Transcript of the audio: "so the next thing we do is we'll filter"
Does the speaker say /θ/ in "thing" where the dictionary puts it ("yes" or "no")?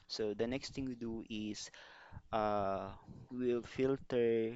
no